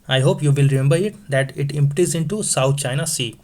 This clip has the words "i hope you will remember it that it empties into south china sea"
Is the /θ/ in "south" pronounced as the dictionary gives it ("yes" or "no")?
no